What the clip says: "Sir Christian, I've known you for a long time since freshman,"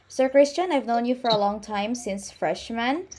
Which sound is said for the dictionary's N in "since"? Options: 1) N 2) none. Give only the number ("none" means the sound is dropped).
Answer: 1